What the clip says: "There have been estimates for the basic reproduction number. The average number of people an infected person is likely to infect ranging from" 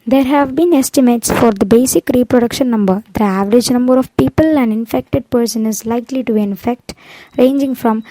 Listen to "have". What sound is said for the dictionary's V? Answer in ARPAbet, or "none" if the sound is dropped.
V